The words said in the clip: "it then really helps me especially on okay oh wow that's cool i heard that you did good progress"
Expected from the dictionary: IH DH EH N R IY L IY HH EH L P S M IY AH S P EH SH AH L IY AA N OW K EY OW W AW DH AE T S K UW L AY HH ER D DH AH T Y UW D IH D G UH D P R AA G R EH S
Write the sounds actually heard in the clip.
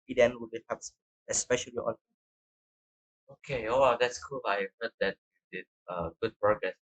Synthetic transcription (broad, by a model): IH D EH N W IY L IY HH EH P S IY AH S P EH SH AH L IY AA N OW K EY OW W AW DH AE T S K UW L AY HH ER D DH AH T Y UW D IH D G UH D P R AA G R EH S